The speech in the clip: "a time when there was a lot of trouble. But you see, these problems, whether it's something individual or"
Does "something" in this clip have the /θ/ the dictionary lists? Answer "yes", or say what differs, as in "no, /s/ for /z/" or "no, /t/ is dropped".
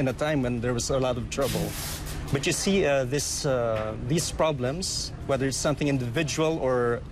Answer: yes